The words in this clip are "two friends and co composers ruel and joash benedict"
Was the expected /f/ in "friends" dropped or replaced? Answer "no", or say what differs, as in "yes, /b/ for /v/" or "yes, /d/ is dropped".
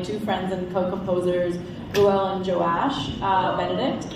no